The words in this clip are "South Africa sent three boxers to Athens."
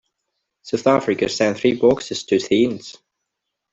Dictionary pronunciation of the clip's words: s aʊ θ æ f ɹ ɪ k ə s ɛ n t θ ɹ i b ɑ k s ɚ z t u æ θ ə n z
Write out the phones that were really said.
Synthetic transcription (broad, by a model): s aʊ θ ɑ f ɹ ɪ k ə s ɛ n θ ɹ i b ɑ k s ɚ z t u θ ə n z